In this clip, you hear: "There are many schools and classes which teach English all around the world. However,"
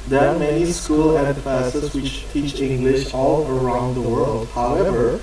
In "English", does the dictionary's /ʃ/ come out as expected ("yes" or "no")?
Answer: yes